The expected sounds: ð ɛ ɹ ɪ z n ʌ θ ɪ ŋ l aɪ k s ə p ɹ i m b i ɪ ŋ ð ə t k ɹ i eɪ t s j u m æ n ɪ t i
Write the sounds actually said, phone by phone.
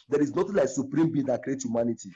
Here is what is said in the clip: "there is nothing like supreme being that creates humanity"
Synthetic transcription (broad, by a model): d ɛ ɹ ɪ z n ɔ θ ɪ l aɪ k s ə p ɹ i m b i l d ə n k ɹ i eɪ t j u m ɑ n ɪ t i